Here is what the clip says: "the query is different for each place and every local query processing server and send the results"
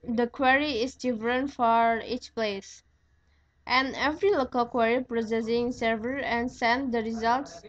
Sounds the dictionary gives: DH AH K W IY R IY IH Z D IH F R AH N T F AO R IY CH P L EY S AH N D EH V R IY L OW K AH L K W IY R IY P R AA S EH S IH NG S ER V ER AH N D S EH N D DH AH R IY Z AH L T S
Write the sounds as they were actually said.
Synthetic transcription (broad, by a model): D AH K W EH R IY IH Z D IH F R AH N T F AO R IY CH P L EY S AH N EH V R IY L OW K AH L K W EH R IY P R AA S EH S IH NG S ER V ER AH N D S EH N D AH R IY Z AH L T S